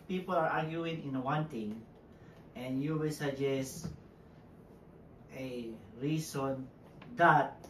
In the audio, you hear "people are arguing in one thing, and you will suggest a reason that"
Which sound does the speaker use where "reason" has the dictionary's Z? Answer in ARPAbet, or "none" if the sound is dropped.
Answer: S